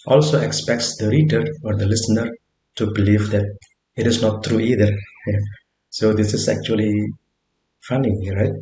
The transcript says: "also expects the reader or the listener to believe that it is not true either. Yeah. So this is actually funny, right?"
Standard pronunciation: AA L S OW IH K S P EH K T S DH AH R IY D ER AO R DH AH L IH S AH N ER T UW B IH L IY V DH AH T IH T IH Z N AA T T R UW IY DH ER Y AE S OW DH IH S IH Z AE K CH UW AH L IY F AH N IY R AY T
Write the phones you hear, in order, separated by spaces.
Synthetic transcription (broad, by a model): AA L S OW IH K S P EH K T S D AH R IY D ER AO R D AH L IH S AH N ER T UW B IH L IY V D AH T IH T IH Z N AA T T R UW IY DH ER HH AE S OW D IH S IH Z AE K CH UW AH L IY F AH N IY R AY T